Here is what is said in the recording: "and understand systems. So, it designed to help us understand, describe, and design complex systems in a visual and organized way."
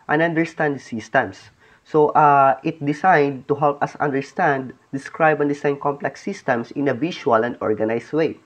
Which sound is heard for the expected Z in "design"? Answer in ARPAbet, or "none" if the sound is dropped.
S